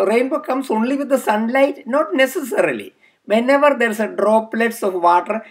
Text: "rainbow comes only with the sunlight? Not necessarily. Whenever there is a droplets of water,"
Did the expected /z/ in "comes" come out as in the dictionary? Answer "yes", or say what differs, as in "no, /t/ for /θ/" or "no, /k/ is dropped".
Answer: no, /s/ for /z/